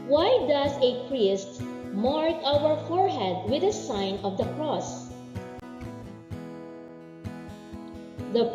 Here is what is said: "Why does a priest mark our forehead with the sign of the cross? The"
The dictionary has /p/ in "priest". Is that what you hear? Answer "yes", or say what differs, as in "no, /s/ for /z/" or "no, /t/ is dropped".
yes